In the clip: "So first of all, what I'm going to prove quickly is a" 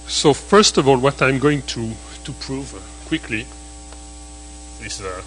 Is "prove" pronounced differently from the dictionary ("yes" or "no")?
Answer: no